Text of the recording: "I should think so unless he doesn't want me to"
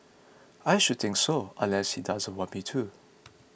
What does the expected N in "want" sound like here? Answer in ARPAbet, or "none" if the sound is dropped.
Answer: none